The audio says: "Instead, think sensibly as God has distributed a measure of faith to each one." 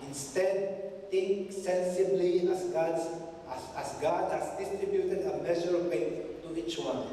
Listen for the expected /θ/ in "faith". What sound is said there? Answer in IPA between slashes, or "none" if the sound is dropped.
/t/